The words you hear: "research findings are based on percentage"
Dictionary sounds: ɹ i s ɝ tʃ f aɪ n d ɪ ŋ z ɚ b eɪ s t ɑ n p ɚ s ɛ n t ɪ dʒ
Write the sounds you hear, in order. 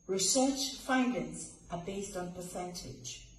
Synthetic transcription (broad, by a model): ɹ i s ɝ tʃ f aɪ n d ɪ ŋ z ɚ b eɪ s t n p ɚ s ɛ n t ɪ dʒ